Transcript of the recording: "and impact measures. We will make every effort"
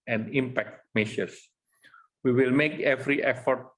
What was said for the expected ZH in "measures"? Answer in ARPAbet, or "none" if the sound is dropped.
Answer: SH